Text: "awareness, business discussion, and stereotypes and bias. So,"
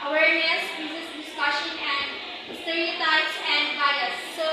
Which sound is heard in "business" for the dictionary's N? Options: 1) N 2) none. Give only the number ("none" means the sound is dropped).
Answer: 2